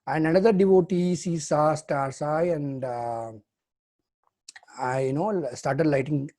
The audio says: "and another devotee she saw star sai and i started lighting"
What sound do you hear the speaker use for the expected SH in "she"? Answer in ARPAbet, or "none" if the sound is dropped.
S